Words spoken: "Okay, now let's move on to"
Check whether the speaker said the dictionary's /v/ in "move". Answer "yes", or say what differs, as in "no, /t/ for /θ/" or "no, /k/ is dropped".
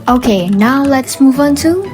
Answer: yes